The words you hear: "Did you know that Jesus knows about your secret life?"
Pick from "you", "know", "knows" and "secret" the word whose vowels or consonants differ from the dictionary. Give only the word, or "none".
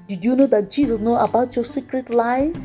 knows